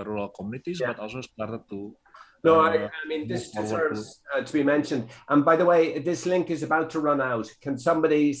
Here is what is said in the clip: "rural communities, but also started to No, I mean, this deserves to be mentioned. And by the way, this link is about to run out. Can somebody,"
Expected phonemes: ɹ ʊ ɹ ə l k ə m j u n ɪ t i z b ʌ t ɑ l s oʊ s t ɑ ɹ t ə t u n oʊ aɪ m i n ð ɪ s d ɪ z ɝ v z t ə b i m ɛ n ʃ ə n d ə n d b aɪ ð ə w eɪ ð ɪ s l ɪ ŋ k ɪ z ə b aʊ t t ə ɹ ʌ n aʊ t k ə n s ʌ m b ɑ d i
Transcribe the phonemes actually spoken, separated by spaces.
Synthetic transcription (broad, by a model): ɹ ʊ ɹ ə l k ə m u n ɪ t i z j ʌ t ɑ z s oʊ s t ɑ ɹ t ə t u n oʊ aɪ m i n ð ɪ s d ɪ z ɝ v z t ə b i m ɛ n ʃ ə n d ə n b aɪ ð ə w eɪ ð ɪ s l ɪ ŋ k ɪ z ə b aʊ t t ə ɹ ʌ n aʊ t k ə n s ʌ m b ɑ d i